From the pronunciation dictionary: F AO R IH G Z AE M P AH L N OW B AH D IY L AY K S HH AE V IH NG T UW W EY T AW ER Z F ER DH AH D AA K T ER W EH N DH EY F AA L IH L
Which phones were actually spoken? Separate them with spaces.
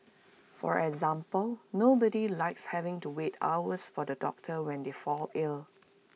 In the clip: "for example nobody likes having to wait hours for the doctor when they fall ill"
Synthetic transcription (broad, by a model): F AO R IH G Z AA M P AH L N OW B AH D IY L AY K S HH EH V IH NG T UW W EY T AW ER S F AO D AH D AA K T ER W EH N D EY F AA L IH L